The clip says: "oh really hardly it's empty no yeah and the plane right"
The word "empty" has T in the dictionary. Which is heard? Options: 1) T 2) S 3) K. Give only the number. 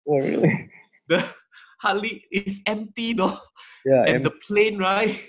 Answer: 1